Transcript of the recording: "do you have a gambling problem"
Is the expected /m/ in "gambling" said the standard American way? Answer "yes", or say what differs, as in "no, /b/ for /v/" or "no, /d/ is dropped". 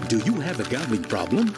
no, /m/ is dropped